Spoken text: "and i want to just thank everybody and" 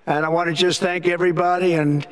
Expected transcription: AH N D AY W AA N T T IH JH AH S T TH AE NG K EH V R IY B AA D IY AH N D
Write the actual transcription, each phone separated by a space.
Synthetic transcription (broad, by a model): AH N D AY W AA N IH JH AH S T TH AE NG K EH V R IY B AA D IY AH N